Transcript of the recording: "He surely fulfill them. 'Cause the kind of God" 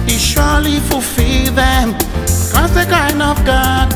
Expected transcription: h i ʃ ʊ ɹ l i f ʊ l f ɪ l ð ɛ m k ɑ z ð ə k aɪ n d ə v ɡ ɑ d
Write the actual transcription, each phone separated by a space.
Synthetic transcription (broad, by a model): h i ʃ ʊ l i f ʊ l f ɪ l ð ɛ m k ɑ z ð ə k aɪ n ə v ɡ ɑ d